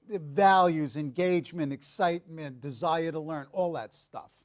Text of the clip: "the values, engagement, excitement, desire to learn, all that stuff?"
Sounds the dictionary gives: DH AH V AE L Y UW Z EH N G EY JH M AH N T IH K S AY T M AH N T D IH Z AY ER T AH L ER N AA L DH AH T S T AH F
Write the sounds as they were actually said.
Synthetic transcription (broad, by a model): V AE L Y UW Z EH N G EY JH M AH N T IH K S AY T M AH N D IH Z AY ER T AH L ER N AA L DH AH T S T AH F